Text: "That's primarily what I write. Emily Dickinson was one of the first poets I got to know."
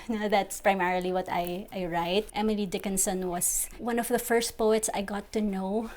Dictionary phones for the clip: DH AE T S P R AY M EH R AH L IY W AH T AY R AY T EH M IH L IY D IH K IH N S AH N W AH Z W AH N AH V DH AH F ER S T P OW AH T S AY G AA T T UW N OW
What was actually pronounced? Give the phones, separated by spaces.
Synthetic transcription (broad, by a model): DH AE T S P R AY M EH R AH L IY W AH T AY R AY T EH M IH L IY D IH K IH N S AH N W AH S W AH N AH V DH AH F ER S T P OW AH T S AY G AA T T UW N OW